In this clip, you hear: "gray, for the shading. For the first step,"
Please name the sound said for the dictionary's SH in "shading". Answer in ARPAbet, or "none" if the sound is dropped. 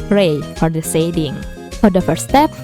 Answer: S